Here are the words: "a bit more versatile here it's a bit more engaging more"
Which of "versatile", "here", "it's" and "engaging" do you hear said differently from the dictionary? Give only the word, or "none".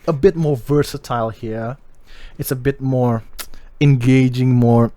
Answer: none